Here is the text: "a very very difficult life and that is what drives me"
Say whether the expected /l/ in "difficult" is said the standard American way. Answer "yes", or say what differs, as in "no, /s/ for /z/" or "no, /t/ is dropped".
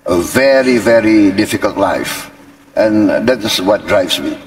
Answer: yes